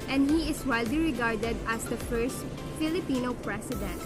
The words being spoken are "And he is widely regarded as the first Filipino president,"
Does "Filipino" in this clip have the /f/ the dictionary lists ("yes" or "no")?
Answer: yes